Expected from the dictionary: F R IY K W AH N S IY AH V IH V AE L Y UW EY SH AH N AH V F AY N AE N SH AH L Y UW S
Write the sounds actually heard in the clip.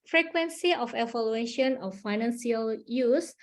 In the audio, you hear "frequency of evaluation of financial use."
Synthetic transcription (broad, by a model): F R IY K W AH N S IY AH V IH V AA L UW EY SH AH N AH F AY N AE N S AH L Y UW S